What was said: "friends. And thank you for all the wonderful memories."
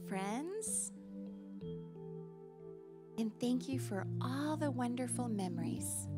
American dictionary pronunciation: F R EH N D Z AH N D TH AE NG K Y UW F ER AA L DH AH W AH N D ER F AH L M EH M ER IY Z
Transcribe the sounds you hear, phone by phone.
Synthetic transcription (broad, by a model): F R EH N D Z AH N TH AE NG K Y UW F ER AA L DH AH W AH N D ER F L M EH M ER IY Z